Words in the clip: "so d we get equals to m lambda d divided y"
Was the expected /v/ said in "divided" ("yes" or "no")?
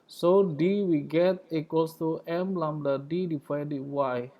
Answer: no